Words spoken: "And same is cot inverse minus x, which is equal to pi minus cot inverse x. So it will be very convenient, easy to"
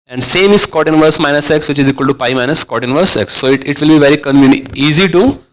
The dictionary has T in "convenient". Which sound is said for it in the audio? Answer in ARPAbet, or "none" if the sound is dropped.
none